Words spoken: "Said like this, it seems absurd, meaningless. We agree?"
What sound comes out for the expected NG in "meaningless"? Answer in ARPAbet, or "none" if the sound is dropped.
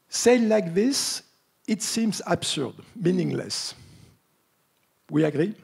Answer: NG